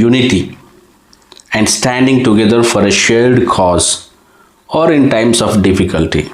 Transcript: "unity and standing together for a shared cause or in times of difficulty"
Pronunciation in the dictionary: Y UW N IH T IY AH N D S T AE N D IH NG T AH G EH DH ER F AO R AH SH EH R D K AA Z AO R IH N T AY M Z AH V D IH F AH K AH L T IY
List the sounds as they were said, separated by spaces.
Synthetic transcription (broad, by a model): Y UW N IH T IY AH N D S T AE N D IH NG T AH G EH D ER F AO R AH SH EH L D K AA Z AO R IH N T AY M S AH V D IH F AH K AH L T IY